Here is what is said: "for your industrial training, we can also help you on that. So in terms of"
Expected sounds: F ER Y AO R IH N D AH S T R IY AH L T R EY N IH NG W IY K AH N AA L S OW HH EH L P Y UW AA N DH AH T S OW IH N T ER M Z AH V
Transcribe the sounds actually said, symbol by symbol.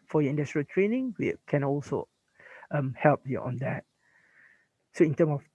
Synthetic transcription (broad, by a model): F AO Y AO IH N D AH S T R IY AH L T R EY N IH NG W IY K AH N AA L S OW HH EH L P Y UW AA N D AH T S OW IH N T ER M AH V